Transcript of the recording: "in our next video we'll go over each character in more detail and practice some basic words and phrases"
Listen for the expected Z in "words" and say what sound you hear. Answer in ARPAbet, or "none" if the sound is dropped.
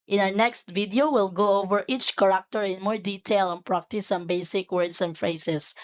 S